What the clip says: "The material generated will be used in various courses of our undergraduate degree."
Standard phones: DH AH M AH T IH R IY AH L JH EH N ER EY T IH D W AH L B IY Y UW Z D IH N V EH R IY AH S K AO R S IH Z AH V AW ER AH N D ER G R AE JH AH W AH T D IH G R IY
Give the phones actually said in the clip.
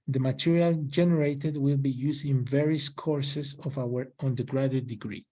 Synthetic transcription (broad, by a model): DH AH M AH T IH R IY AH L JH EH N ER EY T IH D W AH L B IY Y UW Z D IH N V EH R IY AH S K AO R S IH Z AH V AW ER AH N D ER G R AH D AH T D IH G R IY